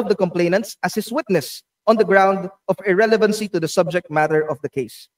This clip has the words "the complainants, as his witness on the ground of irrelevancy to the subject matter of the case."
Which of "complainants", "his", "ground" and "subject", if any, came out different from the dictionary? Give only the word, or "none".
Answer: his